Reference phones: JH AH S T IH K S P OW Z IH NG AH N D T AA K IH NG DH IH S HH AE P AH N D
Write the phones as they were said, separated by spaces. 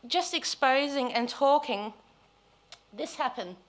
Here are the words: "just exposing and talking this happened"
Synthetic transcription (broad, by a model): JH AH S T IH K S P OW Z IH NG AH N T AA K IH NG DH IH S HH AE P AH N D